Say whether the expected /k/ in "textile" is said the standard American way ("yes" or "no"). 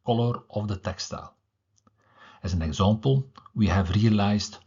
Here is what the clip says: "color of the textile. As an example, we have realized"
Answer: yes